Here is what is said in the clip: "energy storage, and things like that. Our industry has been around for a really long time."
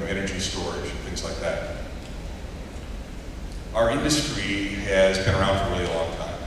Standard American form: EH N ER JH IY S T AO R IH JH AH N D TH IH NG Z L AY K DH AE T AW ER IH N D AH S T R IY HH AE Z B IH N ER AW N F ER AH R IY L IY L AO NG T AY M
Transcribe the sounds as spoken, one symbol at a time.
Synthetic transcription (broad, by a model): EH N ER JH IY S T AO R IH JH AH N TH IH NG Z L AY K DH AE T AW ER IH N D AH S T R IY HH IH Z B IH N ER AW N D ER AH L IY IY L AO NG T AY M